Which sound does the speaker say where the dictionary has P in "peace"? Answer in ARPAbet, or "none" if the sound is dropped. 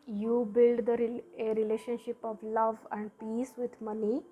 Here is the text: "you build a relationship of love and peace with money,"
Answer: P